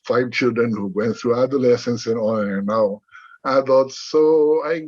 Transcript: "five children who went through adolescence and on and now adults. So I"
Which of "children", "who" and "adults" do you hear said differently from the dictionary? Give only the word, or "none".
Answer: adults